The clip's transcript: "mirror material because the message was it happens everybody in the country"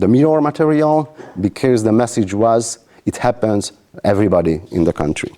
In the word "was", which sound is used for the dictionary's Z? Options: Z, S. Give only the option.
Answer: Z